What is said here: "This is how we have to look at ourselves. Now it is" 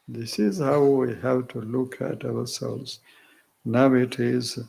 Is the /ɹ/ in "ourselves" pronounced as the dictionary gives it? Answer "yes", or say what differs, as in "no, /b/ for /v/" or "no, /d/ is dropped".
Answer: no, /w/ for /ɹ/